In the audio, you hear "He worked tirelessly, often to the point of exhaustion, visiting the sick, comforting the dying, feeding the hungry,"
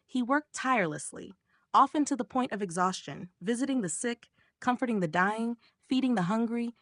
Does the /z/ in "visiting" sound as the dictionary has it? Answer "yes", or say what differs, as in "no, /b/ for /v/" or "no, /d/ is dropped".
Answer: yes